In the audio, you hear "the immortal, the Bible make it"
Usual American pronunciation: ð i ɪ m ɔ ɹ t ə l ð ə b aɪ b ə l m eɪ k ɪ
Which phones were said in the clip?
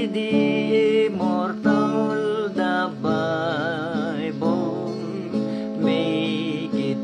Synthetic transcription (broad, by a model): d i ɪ m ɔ ɹ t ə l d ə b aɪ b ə n m eɪ k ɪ